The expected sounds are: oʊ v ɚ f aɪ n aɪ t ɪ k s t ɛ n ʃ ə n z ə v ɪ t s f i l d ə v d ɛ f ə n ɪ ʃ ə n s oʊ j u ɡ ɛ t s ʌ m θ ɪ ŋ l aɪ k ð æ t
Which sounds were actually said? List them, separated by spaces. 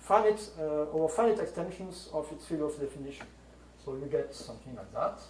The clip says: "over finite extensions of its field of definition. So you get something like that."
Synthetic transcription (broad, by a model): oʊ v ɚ f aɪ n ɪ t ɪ k s t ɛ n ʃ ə n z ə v ɪ t s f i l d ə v d ɛ f ə n ɪ ʃ ə n s oʊ j u ɡ ɛ t s ʌ m θ ɪ ŋ l aɪ k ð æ t